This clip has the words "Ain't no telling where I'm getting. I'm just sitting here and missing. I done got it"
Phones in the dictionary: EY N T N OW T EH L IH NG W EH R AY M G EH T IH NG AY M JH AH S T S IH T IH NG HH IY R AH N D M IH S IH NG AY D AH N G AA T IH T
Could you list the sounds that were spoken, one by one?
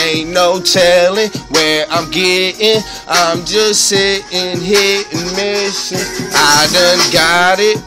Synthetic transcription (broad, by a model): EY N N OW T EH L IH NG W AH R AY M G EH T IH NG AY M JH AH S T S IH T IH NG HH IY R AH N M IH SH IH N AY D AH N G AA T IH T